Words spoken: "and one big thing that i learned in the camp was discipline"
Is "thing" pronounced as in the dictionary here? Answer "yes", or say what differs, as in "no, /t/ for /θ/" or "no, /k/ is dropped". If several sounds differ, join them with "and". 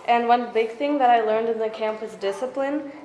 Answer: yes